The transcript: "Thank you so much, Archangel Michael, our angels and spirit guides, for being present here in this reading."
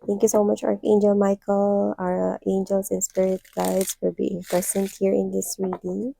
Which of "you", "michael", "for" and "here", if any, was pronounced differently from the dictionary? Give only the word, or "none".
for